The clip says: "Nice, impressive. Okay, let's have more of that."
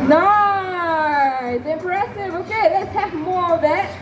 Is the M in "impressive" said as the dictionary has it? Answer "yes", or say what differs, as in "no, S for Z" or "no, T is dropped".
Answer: no, M is dropped